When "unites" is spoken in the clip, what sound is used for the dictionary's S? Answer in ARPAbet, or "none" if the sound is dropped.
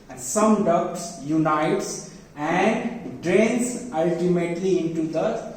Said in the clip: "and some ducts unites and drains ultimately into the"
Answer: S